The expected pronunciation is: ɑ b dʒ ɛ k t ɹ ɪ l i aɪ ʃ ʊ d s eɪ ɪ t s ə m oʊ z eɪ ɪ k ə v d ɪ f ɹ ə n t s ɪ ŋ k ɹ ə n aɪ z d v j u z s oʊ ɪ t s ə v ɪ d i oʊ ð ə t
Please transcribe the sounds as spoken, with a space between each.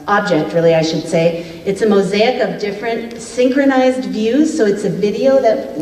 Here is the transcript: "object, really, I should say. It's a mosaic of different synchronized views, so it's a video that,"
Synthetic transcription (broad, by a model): ɑ b dʒ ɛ k t ɹ ɪ l i aɪ ʃ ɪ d s eɪ ɪ t s ə m oʊ z eɪ ɪ k ə v d ɪ f ɹ ə n t s ɪ ŋ k ɹ ə n aɪ z d v j u z s oʊ ɪ t s ə v ɪ d i oʊ ð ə t